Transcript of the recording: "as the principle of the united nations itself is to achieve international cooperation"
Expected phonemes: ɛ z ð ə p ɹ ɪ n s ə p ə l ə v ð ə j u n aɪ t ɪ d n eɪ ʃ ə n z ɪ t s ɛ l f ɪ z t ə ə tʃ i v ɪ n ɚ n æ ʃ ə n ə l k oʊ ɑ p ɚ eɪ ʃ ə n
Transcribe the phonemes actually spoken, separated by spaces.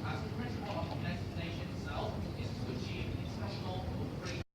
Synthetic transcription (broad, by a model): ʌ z ð ə p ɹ ɪ n s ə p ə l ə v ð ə j u n aɪ t ɪ d n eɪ ʃ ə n ɪ t s ɛ l f ɪ z t ə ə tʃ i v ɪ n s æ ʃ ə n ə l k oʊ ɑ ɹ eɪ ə